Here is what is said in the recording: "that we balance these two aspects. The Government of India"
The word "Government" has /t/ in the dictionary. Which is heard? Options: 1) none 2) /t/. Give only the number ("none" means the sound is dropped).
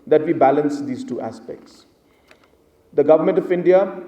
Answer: 2